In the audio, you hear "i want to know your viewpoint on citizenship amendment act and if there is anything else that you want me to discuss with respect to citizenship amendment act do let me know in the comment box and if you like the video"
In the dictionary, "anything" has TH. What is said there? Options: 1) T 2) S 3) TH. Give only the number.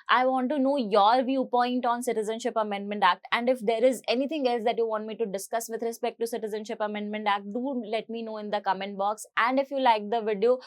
1